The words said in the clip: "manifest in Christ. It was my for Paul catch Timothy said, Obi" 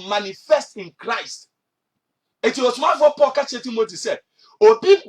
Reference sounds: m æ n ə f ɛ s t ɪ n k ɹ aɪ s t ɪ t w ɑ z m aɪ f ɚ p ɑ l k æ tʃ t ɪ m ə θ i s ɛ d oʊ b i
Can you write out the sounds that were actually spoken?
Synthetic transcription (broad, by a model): m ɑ n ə f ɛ s t ɪ n k ɹ aɪ s t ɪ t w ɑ s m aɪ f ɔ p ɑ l k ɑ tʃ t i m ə t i s ɛ d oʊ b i